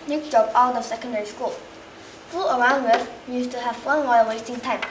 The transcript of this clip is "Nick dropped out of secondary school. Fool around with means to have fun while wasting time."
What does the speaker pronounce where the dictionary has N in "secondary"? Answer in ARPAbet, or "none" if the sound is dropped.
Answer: N